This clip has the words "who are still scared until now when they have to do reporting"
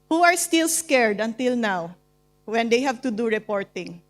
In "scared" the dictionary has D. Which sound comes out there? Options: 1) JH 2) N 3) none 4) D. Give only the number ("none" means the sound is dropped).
4